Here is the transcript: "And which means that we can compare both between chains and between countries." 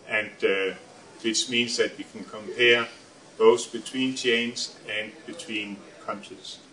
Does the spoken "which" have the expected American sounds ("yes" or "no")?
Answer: no